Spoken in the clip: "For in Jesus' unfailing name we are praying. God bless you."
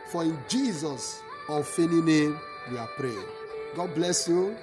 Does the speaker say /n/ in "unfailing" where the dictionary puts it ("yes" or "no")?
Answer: no